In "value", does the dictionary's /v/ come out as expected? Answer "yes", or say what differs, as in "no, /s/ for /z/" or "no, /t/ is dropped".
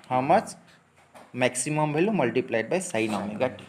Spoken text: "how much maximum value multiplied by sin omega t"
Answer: no, /b/ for /v/